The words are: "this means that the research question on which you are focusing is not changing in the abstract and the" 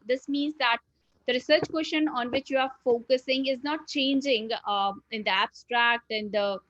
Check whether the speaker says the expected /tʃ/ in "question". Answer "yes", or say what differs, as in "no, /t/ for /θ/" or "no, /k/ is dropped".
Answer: no, /ʃ/ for /tʃ/